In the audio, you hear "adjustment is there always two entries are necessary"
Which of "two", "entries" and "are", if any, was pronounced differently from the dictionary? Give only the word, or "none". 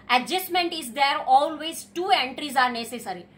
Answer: none